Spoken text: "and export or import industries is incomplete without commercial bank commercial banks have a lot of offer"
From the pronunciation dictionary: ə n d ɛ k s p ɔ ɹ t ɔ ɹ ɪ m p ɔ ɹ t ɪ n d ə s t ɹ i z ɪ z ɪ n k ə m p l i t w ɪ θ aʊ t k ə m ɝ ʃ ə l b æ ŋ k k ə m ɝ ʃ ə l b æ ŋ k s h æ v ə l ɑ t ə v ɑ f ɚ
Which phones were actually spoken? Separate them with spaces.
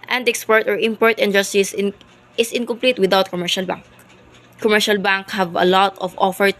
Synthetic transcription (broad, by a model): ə n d ɛ k s p ɔ ɹ t ɔ ɹ ɪ m p ɔ ɹ t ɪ n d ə s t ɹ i s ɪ s ɪ n k ə m p l i t w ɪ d aʊ t k ə m ɝ ʃ ə l b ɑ ŋ k k ə m ɝ ʃ ə l b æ ŋ k h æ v ə l ɑ t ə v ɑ f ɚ